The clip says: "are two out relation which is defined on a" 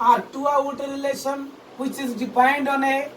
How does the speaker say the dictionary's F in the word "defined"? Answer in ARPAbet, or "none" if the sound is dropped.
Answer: P